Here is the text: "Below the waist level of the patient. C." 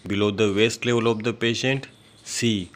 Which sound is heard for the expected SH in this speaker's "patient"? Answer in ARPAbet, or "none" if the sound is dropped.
SH